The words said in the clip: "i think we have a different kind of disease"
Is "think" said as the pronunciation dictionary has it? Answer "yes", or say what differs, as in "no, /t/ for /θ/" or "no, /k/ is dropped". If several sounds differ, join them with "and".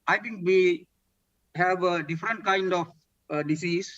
no, /t/ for /θ/